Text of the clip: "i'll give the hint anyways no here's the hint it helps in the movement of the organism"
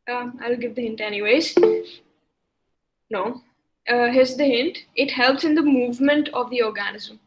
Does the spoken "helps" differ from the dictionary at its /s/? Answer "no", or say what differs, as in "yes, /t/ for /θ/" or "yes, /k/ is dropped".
no